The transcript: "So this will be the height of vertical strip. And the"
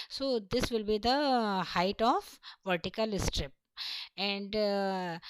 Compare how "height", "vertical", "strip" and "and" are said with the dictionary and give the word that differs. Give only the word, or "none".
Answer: none